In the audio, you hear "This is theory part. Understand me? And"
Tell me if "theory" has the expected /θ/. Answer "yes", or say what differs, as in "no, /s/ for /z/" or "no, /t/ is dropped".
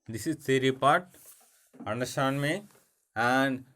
no, /s/ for /θ/